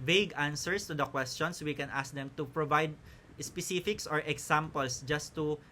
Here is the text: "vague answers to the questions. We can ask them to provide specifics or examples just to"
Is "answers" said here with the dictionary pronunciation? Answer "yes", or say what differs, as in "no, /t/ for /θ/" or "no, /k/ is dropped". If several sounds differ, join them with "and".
no, /s/ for /z/